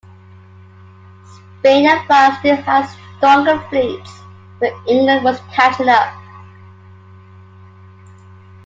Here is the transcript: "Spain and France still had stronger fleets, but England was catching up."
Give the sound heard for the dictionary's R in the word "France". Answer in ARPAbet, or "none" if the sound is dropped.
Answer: none